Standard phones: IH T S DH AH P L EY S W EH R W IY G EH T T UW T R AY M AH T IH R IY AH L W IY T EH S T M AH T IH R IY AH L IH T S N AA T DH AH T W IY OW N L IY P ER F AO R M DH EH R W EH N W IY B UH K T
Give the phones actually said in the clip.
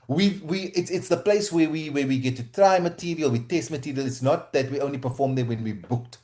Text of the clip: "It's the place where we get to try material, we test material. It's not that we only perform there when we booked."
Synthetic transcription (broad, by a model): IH T S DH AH P L EY S W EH W W IY G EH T T UW T R AY M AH T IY R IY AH L W IY T EH S T M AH T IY R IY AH L IH T S N AA T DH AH T W IY OW N L IY P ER F AO M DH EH W EH N W IY B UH K T